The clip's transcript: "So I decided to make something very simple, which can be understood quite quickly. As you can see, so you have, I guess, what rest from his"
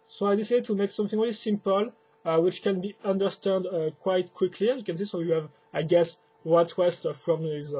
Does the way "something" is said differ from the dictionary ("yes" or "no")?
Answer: no